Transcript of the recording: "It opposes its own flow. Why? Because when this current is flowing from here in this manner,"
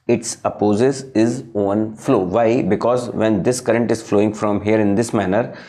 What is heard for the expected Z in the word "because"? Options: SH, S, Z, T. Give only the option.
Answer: Z